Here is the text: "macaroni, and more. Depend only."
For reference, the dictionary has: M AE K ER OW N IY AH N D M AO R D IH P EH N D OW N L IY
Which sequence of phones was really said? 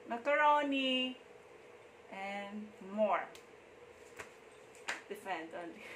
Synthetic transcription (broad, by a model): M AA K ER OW N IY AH N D M AO R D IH F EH N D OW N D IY